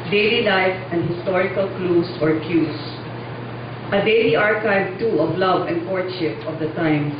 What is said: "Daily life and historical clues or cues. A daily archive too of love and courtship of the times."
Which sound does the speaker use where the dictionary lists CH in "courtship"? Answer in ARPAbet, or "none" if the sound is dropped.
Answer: SH